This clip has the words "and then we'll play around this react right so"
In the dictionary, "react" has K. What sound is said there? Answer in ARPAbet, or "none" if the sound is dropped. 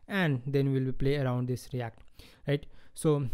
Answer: K